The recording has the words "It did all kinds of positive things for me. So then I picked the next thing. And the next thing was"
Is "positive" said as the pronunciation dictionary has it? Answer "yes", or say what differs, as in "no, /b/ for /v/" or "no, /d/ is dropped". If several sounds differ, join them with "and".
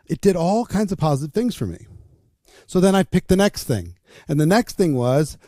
yes